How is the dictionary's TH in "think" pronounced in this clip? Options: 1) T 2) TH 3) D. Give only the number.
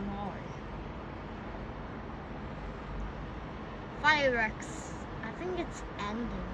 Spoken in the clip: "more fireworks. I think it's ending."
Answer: 2